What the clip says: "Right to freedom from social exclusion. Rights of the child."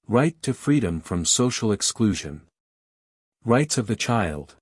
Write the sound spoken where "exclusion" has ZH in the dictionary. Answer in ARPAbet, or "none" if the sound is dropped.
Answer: ZH